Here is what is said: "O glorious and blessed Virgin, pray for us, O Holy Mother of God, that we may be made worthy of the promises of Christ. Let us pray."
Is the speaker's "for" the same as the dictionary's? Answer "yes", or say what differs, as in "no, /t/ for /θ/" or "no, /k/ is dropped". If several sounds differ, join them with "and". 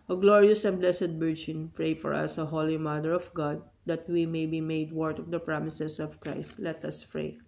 yes